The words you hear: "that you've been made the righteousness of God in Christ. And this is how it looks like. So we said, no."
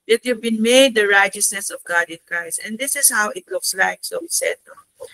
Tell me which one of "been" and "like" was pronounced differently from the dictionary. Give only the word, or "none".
none